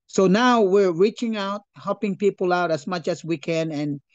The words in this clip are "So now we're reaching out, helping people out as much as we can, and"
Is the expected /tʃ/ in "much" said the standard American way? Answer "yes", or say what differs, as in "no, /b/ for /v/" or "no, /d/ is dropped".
yes